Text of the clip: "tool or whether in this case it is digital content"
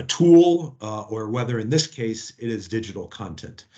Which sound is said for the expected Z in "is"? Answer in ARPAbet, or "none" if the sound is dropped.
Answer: Z